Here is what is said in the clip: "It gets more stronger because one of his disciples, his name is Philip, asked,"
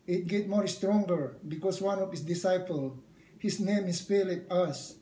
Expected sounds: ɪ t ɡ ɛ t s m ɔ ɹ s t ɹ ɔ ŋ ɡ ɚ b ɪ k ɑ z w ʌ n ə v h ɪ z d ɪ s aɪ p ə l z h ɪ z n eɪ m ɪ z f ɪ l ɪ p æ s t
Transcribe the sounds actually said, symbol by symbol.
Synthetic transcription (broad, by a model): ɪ t ɡ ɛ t m ɔ ɹ s t ɹ ɔ ŋ ɡ ɚ b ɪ k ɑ s w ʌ n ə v h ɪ s d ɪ s aɪ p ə l h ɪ s n eɪ m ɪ s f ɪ l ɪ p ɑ s